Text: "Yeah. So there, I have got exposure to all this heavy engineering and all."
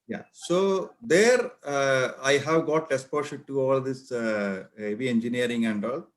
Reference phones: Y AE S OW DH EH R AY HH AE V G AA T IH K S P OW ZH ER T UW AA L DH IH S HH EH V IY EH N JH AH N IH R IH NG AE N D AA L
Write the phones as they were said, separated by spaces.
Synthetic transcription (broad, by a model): Y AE S OW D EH R AY HH AE V G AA T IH S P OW SH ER T UW AA L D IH S HH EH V IY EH N JH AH N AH R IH NG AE N D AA L